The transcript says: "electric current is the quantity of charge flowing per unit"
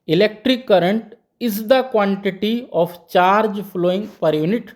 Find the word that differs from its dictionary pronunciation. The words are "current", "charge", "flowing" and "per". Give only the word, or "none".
flowing